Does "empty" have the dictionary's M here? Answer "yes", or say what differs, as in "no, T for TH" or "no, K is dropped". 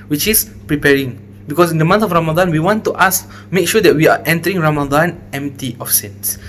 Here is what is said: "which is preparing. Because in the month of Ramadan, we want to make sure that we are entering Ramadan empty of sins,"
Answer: yes